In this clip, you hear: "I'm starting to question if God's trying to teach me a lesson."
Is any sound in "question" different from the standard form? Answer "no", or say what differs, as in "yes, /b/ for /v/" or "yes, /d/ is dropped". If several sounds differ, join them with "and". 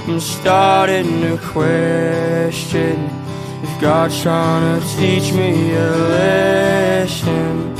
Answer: no